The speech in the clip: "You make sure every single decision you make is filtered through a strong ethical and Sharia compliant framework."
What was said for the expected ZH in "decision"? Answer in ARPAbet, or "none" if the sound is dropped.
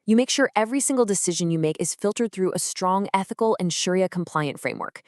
ZH